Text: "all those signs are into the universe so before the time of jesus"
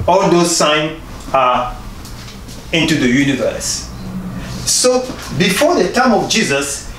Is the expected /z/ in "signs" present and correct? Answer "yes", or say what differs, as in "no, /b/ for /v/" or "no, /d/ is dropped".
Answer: no, /z/ is dropped